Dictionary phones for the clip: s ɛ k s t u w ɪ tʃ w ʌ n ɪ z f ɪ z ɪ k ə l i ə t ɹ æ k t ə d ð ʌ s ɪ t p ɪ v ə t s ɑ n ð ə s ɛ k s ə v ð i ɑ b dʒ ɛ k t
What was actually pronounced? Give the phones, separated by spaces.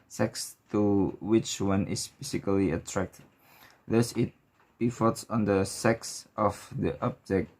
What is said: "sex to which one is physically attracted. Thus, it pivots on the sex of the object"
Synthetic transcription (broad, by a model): s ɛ k s t u w ɪ tʃ w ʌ n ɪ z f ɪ s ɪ k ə l i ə t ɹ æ k t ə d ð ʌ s ɪ t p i f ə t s ɑ n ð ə s ɛ k s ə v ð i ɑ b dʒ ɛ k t